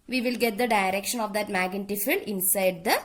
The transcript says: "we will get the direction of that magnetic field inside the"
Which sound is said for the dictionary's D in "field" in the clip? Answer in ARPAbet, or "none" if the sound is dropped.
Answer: none